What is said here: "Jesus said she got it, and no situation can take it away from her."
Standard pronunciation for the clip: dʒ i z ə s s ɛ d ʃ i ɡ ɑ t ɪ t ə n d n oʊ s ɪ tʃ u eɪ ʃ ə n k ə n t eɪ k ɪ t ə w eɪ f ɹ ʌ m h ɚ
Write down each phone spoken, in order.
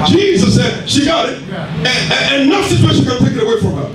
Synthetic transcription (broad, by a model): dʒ i z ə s s ɛ d ʃ i ɡ ɑ t ɪ t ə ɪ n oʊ s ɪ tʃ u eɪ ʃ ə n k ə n t eɪ k ɪ t ə w eɪ f ɹ ʌ m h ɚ